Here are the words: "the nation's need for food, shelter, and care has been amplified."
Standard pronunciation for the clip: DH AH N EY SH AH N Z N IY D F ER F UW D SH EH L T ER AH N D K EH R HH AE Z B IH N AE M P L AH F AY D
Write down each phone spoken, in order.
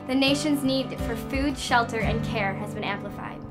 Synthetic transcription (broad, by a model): DH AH N EY SH AH N Z N IY D F ER F UW D SH EH L T ER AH N K EH R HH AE Z B IH N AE M P L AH F AY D